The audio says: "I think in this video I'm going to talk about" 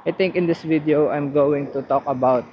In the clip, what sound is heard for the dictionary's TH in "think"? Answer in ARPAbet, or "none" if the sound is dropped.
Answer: T